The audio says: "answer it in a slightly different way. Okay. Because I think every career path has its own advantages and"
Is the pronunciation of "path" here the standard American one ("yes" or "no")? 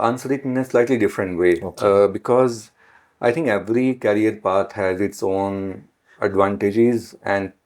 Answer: no